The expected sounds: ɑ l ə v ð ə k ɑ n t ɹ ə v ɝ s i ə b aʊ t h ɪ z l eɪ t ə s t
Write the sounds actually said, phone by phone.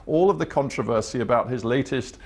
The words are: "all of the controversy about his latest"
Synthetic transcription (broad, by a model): ɑ l ə v ð ə k ɑ n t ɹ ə v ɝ s i ə b aʊ t h ɪ z l eɪ t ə s t